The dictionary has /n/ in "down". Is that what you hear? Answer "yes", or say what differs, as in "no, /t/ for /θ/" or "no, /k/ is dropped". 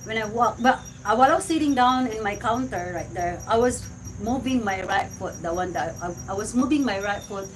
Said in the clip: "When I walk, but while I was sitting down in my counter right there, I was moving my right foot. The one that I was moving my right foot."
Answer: yes